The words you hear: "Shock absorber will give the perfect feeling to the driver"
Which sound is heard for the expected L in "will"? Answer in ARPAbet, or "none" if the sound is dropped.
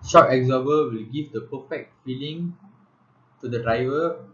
L